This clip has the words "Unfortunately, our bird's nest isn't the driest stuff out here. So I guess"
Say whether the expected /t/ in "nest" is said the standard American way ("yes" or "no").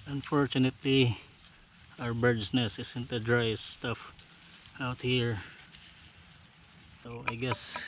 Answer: no